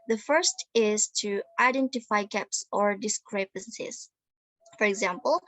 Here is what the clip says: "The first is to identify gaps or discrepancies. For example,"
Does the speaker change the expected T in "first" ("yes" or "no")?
no